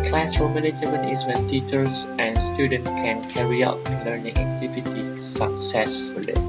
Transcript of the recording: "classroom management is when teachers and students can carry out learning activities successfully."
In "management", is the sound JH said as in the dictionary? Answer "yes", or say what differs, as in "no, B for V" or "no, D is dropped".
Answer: no, JH is dropped